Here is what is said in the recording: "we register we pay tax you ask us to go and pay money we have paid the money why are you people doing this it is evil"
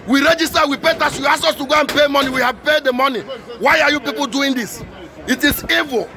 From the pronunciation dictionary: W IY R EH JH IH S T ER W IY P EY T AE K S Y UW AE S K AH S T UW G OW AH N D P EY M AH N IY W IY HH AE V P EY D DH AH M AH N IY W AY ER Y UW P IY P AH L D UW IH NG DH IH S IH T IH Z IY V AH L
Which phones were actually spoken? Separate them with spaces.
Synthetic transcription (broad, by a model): W IY R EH JH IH S T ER W IY P EY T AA S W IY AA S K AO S T UW G OW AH N P EY M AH N IY W IY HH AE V P EY D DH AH M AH N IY W AY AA Y UW P IY P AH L D UW IH NG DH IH S IH T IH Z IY V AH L